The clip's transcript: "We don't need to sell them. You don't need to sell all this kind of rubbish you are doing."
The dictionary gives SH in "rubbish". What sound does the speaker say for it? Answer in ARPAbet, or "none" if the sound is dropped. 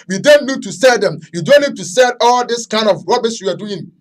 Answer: S